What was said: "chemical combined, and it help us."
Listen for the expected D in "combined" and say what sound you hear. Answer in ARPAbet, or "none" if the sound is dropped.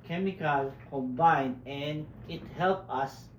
none